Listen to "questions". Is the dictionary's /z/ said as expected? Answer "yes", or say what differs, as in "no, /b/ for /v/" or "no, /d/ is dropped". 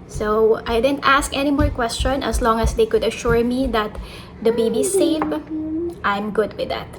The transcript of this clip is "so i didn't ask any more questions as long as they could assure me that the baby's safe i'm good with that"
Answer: no, /z/ is dropped